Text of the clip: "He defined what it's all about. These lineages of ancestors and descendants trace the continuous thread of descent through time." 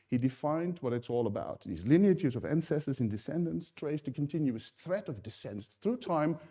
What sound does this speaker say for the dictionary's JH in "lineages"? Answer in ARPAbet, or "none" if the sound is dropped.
CH